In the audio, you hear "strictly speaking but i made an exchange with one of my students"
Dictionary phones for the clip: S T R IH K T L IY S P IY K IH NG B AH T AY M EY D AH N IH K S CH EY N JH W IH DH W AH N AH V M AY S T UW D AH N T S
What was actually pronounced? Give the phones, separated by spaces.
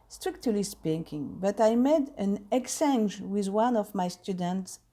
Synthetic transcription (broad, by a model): S T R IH K T L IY S P IY K IH NG B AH T AY M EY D AH N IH K S EY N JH W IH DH W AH N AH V M AY S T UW D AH N T S